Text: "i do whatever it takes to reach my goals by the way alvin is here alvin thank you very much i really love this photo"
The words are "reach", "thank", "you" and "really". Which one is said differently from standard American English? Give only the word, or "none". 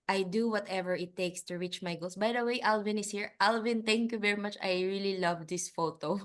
thank